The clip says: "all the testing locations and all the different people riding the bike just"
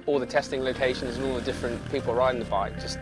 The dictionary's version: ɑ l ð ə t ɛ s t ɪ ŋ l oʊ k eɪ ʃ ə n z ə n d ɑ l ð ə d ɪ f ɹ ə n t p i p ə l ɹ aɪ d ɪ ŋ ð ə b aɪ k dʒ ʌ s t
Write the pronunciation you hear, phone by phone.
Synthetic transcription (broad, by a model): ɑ l ð ə t ɛ s t ɪ ŋ l oʊ k eɪ ʃ ə n z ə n ɑ l ð ə d ɪ f ɹ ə n p i p ə l ɹ aɪ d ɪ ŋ ð ə b aɪ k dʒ ʌ s